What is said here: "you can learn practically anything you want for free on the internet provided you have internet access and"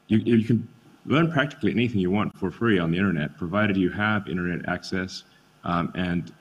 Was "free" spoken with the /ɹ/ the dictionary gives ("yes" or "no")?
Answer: yes